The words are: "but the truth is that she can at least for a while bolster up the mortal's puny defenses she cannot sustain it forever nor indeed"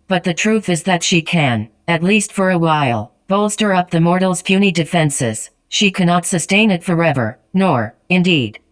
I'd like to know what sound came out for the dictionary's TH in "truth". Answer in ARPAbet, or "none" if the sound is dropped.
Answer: TH